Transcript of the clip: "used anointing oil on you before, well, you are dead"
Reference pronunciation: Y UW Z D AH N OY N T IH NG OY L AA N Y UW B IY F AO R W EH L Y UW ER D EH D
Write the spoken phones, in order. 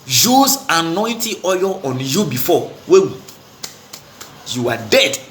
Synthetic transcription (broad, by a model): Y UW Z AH N OY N T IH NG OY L AA N Y UW B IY F AO W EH W Y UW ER D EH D